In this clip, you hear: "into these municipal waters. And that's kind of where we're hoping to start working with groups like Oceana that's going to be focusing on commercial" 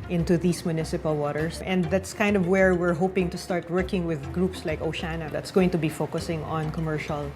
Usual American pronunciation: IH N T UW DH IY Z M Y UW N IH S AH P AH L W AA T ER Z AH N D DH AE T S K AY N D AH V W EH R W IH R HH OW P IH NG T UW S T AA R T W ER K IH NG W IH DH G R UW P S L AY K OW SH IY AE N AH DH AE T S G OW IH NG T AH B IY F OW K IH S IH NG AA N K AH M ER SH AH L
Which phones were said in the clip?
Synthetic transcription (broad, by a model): IH N T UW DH IY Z M Y UW N IH S AH P AH L W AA T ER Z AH N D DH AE T S K AY N D AH V W EH R W IH R HH OW P IH NG T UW S T AA R T W ER K IH NG W IH DH G R UW P S L AY K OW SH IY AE N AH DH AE T S G OW IH NG T AH B IY F OW K IH S IH NG AA N K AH M ER SH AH L